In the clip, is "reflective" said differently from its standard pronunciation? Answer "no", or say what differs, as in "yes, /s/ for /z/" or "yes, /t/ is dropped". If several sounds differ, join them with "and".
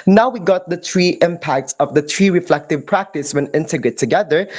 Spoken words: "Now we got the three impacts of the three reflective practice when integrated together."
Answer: no